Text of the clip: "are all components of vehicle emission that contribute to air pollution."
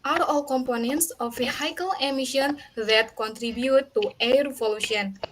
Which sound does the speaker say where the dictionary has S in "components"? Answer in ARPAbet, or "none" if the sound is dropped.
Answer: S